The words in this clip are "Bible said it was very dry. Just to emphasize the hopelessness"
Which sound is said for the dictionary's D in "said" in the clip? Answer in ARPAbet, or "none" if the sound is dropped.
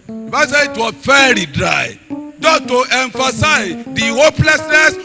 none